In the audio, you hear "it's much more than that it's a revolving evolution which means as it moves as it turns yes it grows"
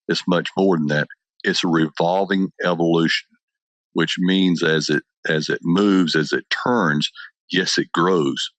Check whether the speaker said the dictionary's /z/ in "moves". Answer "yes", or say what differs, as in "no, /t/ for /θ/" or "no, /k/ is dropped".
yes